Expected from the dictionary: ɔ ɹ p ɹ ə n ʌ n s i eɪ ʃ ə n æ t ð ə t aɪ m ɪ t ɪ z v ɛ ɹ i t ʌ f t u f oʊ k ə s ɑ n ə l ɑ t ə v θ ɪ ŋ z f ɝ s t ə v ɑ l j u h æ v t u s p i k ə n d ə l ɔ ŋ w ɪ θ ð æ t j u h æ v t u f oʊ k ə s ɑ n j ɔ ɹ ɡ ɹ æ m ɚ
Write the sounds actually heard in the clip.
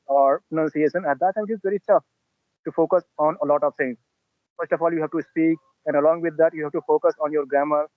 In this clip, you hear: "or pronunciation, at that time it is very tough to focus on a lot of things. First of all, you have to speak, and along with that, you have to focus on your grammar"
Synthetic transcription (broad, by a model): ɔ ɹ p ɹ ə n ʌ n s i eɪ ʃ ə n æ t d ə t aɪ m ɪ t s v ɛ ɹ i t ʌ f t u f oʊ k ə s ɑ n ə l ɑ t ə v s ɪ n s f ɝ s t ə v ɑ l j u h æ v t u s p i k ə n d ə l ɔ ŋ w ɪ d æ t j u h æ v t u f oʊ k ə s ɑ n j ɔ ɹ ɡ ɹ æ m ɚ